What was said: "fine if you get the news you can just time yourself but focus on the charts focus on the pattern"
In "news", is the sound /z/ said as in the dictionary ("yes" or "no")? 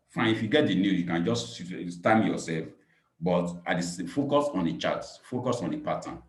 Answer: no